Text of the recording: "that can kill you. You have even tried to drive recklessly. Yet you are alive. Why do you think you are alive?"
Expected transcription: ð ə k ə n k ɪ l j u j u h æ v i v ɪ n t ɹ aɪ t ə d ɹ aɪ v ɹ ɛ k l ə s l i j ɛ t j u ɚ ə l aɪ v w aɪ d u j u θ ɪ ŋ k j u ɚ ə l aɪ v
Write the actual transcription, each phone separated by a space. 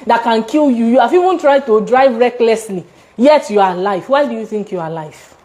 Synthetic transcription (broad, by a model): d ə k ə n k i l j u j u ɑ f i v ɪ n t ɹ aɪ t ə d ɹ aɪ v ɹ ɛ k l ə s l i j ɛ t j u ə l aɪ f w aɪ d u j u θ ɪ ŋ k j u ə l aɪ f